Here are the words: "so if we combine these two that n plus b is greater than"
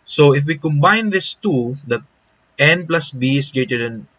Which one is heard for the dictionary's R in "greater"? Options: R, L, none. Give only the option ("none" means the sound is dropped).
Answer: none